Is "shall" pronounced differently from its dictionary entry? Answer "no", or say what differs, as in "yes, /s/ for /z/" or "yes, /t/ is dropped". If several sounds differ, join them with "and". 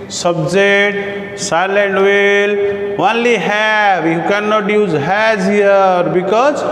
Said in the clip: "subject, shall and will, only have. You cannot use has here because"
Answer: yes, /s/ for /ʃ/